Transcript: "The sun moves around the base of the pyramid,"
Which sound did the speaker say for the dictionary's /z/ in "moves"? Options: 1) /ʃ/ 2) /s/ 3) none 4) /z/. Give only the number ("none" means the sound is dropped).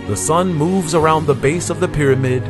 4